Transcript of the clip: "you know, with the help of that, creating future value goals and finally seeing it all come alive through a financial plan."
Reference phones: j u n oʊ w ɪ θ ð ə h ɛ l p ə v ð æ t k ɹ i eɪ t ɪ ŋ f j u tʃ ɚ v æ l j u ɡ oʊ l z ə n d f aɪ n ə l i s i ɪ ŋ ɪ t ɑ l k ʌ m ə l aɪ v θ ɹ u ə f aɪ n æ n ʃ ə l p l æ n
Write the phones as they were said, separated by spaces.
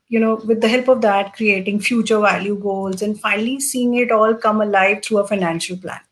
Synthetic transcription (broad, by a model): j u n oʊ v ɪ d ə h ɛ l p ə v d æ t k ɹ i eɪ t ɪ ŋ f j u tʃ ɚ v æ l j u ɡ oʊ l z ə n d f aɪ n ə l i s i ɪ ŋ ɪ t ɑ l k ʌ m ə l aɪ v t ɹ u ə f aɪ n æ n ʃ ə l p l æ n